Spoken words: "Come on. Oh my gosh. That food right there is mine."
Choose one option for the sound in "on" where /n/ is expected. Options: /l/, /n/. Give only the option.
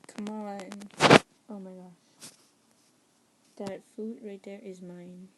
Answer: /l/